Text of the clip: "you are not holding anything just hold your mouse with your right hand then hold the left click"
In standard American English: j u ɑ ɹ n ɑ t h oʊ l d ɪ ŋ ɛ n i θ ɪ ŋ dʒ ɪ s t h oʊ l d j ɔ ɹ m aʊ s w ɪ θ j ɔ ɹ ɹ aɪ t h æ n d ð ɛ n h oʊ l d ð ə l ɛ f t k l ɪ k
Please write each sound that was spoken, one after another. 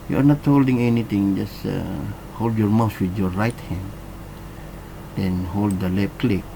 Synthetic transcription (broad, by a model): j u ɑ ɹ n ɑ t h oʊ l d ɪ ŋ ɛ n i t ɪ ŋ dʒ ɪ s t h oʊ l d j ɔ ɹ m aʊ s w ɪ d j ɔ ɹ ɹ aɪ t h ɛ n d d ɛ n h oʊ l d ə l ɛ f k l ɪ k